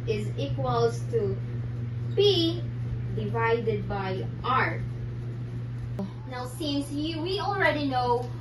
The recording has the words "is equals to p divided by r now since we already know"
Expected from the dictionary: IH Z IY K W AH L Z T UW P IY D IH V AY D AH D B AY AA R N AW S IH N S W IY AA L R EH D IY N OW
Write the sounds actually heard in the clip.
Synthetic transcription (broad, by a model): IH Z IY K W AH L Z T UW B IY D IH V AY D AH D B AY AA R N AW S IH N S W IY AA L R EH D IY N OW